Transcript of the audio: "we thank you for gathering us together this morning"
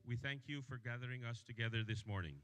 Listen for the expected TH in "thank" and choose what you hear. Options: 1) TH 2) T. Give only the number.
1